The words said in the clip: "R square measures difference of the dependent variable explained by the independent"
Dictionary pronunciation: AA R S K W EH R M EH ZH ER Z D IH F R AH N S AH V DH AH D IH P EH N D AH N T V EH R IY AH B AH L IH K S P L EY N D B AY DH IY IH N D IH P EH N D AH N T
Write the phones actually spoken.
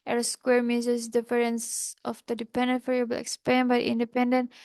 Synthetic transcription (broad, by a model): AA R S K W EH R M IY Z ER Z D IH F R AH N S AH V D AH D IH P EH N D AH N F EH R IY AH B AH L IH K S P EY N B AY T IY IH N D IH P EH N D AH N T